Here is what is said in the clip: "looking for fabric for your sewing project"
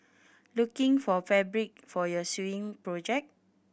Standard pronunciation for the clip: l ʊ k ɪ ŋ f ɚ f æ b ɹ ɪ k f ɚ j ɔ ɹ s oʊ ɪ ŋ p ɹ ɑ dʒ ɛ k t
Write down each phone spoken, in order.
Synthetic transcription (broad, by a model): l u k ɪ ŋ f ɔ f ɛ b ɹ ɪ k f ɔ j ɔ s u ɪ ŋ p ɹ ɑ dʒ ɛ k